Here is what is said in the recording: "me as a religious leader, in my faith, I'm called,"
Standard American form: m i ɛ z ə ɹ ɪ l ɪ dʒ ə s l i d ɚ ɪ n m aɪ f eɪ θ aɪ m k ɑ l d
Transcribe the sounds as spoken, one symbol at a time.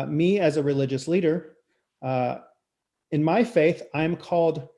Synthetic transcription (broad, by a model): m i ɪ z ə ɹ ɪ l ɪ dʒ ə s l i d ɚ ɪ n m aɪ f eɪ θ aɪ m k ɑ l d